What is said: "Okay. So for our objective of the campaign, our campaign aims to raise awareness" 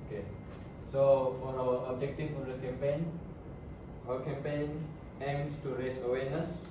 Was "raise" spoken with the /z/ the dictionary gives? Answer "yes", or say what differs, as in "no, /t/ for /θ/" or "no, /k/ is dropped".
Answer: no, /s/ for /z/